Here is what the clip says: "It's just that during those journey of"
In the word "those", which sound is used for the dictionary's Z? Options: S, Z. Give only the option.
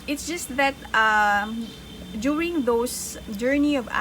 S